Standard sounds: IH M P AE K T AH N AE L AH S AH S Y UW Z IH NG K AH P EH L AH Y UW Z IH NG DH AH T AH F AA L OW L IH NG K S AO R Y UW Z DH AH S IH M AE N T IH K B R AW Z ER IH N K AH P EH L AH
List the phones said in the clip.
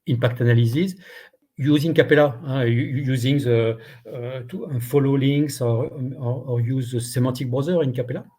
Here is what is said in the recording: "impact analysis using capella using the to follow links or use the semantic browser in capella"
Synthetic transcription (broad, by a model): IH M P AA K T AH N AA L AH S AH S Y UW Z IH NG K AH P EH L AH Y UW Z IH NG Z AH T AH F AA L OW L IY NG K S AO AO Y UW Z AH S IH M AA T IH K B R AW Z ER IH N K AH P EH L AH